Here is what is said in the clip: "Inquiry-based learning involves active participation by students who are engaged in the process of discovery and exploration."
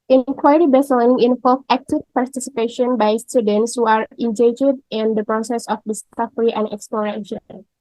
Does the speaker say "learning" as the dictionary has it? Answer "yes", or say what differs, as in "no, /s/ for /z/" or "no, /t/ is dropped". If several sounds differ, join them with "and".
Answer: no, /l/ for /n/